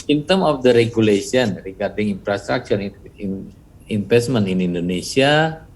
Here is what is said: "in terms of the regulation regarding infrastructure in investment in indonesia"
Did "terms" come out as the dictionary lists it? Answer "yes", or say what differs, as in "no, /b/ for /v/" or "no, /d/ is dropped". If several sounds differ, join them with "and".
no, /z/ is dropped